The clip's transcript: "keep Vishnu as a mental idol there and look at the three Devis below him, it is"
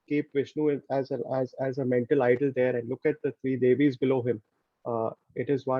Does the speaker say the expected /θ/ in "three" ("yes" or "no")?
no